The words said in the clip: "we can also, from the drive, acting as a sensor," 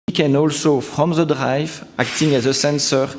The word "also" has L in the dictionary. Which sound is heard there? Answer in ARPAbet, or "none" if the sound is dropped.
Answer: L